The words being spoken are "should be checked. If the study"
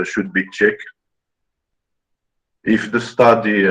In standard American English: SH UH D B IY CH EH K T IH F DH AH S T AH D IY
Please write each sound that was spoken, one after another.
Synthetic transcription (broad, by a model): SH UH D B IY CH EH K IH F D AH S T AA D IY